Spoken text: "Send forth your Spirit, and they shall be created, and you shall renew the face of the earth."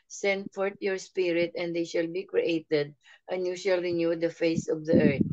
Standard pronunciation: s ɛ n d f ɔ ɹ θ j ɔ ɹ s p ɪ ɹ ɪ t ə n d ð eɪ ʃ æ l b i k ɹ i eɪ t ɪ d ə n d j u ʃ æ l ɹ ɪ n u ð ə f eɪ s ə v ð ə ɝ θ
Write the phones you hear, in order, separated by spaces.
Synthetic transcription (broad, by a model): s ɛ n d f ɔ ɹ t j ɔ ɹ s p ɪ ɹ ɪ t ə n d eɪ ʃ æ l b i k ɹ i eɪ t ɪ d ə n j u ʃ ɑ l ɹ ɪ n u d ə f eɪ s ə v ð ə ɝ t